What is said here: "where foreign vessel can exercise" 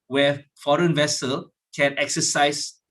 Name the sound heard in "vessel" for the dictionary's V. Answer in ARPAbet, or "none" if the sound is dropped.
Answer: V